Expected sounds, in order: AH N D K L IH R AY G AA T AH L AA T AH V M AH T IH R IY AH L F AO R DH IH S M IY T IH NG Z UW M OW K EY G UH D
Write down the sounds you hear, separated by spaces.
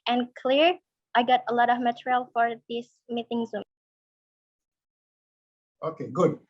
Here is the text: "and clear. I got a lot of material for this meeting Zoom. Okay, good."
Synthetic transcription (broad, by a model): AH N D K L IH R AY G AA T AH L AA T AH V M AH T R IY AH L F AO R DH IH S M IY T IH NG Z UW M OW K EY G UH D